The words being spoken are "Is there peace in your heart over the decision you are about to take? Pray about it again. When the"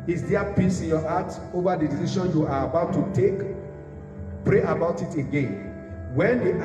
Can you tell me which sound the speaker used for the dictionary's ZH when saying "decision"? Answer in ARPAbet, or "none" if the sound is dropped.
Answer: SH